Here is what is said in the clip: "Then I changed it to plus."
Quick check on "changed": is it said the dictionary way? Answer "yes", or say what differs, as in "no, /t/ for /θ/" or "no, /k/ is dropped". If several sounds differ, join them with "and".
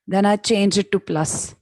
no, /d/ is dropped